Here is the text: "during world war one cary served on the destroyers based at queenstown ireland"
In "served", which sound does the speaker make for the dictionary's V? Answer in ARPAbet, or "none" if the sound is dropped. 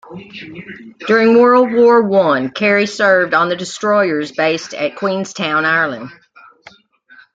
V